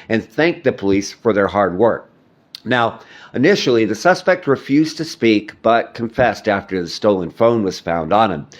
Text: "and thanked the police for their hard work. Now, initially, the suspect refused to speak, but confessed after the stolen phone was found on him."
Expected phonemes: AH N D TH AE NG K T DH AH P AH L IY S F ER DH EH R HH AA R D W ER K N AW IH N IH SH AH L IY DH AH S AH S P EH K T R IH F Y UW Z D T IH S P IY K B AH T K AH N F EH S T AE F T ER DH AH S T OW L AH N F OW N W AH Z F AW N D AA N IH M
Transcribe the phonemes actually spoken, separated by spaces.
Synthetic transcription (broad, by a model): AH N TH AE NG K DH AH P AH L IY S F ER DH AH R HH AA R D W ER K N AW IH N IH SH L IY DH AH S AH S P EH K T R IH F Y UW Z T IH S P IY K B AH T K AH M F EH S T AE F T ER DH AH S T OW L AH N F OW N W AH Z F AW N D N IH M